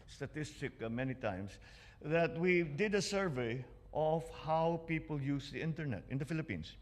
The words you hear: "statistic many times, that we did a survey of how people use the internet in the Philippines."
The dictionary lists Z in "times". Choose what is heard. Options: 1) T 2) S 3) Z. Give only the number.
2